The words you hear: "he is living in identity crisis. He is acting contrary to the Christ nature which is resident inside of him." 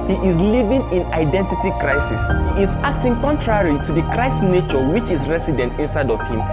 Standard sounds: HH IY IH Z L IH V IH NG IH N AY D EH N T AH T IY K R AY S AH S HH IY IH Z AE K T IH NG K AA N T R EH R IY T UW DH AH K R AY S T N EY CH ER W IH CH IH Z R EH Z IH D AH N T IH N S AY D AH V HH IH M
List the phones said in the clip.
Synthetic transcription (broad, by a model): HH IY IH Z L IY V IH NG IH N AY D EH N T AH T IY K R AY S AH S HH IY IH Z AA K T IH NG K AA N T R EH R IY T UW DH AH K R AY S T N EY CH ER W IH CH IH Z R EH S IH D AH N T IH N S AY D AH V HH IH M